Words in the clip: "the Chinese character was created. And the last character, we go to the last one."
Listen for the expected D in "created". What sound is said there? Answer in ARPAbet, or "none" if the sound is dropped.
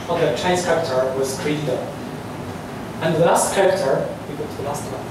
none